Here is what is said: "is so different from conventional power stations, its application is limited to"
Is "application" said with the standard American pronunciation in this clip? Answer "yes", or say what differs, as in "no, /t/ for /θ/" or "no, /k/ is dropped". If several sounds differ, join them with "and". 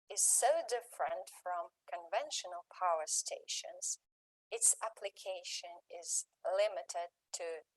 yes